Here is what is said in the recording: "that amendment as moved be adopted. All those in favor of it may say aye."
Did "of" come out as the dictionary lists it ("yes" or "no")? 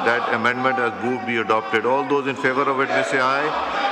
yes